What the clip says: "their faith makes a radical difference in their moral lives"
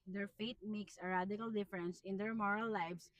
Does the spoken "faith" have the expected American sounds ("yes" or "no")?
no